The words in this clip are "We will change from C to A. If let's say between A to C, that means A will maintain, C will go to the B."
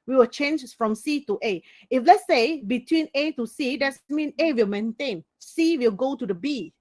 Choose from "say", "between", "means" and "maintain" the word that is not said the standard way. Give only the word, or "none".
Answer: means